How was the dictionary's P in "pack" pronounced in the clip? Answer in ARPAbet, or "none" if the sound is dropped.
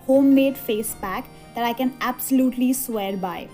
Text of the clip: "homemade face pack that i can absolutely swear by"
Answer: B